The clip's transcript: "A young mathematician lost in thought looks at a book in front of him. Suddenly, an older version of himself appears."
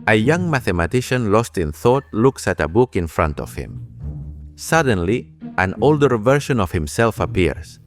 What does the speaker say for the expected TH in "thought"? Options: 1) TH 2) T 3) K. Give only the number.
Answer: 1